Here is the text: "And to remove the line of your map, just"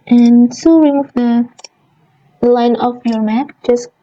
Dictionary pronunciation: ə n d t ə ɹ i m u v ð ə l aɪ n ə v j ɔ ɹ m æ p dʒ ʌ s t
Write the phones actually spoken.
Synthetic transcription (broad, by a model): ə n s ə w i m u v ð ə l aɪ n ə f j ɔ ɹ m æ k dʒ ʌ s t